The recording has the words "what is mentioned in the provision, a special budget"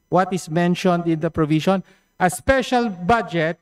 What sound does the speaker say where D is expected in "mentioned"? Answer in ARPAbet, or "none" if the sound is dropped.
D